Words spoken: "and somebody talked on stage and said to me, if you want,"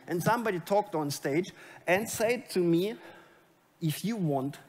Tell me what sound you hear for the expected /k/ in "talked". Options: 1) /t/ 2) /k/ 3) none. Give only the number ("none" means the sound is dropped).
2